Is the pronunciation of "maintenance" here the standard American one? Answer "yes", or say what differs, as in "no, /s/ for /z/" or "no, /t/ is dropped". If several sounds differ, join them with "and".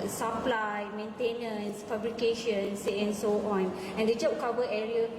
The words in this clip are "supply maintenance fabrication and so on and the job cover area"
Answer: yes